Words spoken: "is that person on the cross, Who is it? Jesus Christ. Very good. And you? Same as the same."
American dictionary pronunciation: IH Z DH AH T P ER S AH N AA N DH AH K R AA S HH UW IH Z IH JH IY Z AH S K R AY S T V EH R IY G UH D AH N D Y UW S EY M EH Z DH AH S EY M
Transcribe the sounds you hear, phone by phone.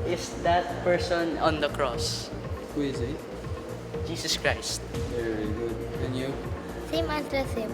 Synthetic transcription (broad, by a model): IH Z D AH T P ER S AH N AA N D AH K R AA S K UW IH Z IH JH IY S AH S K R AY S T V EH R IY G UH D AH N Y UW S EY M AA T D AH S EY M